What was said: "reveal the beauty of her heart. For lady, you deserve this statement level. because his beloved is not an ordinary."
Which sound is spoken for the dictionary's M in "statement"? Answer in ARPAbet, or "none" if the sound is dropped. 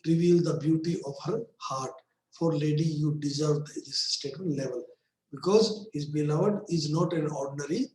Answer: none